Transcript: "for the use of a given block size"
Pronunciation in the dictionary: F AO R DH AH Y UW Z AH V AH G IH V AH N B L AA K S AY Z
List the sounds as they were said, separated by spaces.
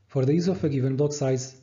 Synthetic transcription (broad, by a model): F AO R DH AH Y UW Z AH F AH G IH V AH N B L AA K S AY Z